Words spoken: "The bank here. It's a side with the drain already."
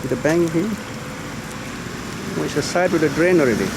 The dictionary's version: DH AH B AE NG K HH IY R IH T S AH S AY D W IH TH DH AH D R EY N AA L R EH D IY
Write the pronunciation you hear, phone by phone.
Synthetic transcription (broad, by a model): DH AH B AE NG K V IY W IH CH AH S AY D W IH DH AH D R EY N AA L R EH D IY